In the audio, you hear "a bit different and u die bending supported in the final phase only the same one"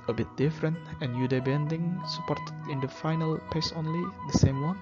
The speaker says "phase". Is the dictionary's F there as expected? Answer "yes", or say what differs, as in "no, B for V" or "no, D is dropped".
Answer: no, P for F